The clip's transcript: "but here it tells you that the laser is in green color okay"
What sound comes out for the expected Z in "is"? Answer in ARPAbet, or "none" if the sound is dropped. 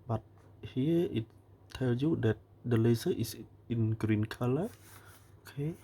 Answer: S